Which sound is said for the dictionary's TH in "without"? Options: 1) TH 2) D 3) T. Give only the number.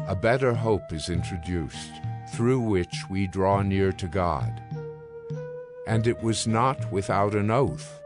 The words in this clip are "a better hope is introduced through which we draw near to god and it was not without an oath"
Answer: 1